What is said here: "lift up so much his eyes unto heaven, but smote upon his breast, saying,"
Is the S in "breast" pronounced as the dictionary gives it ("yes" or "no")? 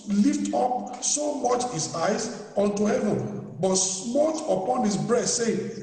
no